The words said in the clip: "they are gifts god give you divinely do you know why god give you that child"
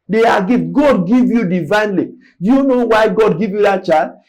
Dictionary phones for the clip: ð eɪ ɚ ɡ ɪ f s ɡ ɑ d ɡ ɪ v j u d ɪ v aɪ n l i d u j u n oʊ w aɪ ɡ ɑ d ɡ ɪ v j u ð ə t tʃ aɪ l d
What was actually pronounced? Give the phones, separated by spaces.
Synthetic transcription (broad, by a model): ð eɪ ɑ ɡ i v ɡ ɑ d ɡ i v j u d ɪ v aɪ n l i d u j u n oʊ w aɪ ɡ ɑ d ɡ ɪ v j u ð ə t tʃ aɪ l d